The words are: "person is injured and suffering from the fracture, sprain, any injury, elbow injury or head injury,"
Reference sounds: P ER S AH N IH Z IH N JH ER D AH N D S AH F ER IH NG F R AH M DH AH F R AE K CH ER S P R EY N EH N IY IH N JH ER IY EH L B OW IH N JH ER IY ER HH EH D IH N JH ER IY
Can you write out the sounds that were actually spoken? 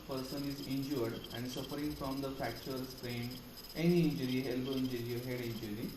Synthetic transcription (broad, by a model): P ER S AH N IH Z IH N JH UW D AH N D S AH F ER IH NG F R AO M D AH F AE K CH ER S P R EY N EH N IY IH N JH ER IY EH L B OW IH N JH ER IY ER HH EH D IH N JH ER IY